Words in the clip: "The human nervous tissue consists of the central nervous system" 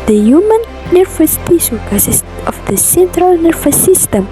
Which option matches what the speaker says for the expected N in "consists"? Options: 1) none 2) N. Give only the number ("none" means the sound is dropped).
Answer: 1